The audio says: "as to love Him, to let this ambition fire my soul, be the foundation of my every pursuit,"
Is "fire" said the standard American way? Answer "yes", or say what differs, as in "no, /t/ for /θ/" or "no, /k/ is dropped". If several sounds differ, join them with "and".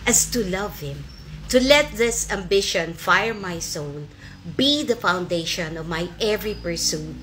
yes